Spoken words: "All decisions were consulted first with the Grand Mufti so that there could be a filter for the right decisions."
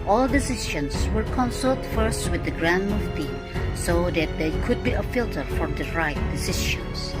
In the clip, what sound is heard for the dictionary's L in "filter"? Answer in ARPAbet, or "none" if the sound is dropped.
L